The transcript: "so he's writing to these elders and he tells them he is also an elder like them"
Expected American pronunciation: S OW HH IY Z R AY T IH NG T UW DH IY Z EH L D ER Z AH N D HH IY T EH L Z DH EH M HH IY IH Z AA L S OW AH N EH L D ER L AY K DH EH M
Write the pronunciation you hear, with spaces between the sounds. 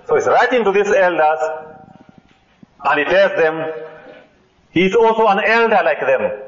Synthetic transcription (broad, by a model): S OW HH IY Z R AY T IH NG T UW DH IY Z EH L D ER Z AH N D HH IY T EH L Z DH EH M HH IY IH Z AA L S OW AH N EH L D ER L AY K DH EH M